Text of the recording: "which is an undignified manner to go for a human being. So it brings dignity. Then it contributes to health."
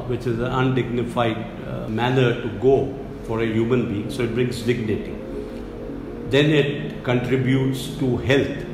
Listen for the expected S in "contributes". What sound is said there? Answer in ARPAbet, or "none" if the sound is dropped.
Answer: S